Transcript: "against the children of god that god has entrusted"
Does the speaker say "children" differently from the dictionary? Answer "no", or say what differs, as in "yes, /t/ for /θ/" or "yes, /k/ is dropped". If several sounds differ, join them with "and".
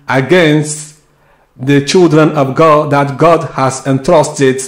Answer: no